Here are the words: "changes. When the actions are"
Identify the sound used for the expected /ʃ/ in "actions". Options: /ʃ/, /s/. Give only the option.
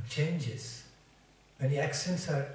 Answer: /s/